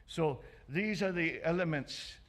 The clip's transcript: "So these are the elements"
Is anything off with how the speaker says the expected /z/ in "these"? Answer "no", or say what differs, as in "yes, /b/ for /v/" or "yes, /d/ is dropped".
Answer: no